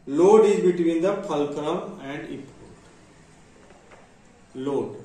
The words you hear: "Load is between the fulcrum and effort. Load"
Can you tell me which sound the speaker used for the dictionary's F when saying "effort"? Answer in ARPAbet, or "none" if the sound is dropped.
P